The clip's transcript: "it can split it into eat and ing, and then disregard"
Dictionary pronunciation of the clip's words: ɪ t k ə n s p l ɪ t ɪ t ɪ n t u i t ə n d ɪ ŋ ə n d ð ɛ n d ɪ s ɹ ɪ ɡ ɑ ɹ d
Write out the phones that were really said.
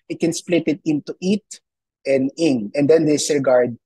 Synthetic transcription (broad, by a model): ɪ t k ə n s p l ɪ t ɪ t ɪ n t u i t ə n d ɪ ŋ ə n d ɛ n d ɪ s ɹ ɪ ɡ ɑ ɹ d